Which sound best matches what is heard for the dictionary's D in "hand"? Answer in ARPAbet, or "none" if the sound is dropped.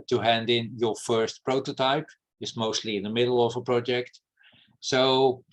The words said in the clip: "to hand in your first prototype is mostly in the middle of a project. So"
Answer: D